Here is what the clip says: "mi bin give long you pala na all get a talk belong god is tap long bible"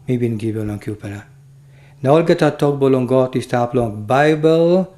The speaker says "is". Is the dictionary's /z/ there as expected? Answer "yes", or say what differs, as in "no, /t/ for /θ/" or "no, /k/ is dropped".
no, /s/ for /z/